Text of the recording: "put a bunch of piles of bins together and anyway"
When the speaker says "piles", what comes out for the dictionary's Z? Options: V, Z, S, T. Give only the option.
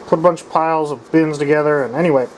Z